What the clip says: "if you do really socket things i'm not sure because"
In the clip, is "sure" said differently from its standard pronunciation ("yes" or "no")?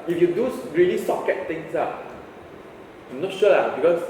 yes